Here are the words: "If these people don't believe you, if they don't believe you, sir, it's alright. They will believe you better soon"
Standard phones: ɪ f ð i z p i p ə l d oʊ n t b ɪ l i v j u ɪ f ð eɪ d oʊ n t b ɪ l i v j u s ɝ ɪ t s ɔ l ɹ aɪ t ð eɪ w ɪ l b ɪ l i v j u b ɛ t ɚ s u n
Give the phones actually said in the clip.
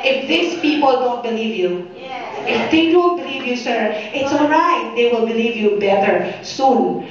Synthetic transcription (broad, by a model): ɪ f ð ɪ s p i p ə l d oʊ n t b ɪ l i v j u ɪ f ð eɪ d oʊ n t b ɪ l i v j u s ɝ ɪ t s ɔ l ɹ aɪ t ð eɪ w ɪ l b ɪ l i v j u b ɛ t ɚ s u n